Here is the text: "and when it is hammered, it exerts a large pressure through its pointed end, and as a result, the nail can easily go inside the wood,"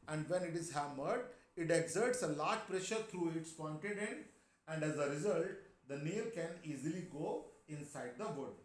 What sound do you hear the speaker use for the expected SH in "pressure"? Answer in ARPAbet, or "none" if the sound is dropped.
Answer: SH